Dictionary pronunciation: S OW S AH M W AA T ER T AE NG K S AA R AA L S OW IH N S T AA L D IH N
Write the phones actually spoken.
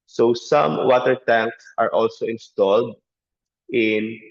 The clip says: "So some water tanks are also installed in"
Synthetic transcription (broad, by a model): S OW S AH M W AA T ER T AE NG K S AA R AA L S OW IH N S T AA L D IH N